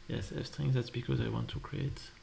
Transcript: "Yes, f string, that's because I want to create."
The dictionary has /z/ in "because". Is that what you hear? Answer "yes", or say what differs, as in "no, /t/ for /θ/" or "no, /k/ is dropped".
yes